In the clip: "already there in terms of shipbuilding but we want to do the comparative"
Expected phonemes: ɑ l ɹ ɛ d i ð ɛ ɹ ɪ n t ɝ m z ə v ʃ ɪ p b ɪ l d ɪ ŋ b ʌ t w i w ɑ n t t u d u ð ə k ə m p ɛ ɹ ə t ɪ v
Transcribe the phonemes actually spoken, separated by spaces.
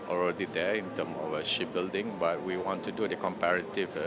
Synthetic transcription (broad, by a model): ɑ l ɹ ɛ d i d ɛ ɪ n t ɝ m ə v ʃ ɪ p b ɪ l d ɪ ŋ b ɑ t w i w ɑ n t t u d u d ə k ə m p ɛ ɹ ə t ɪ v